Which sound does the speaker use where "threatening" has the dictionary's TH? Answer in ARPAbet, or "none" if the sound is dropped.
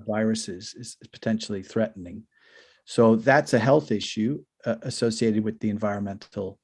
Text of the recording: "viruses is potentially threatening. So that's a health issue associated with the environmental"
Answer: TH